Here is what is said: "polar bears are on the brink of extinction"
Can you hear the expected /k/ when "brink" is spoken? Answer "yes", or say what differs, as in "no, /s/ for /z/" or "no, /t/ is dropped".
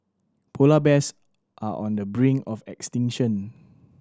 no, /k/ is dropped